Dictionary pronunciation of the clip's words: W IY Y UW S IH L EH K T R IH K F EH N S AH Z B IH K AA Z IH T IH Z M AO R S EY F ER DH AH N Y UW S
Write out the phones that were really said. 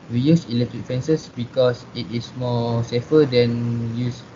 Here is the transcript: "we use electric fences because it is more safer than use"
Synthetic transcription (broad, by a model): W IY Y UW S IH L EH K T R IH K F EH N S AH S B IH K AA S IH T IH S M AO S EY F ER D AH N Y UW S